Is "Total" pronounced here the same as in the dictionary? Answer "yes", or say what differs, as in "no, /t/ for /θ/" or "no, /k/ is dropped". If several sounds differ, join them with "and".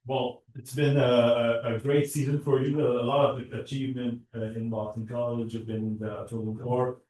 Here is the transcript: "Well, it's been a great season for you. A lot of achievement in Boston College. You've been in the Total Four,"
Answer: no, /n/ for /l/